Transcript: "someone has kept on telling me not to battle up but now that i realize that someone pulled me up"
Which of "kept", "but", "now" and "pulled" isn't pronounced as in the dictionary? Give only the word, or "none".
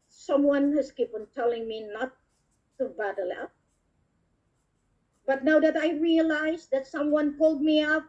kept